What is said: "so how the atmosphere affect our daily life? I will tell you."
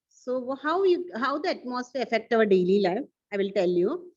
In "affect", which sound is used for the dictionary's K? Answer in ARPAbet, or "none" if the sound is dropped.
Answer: K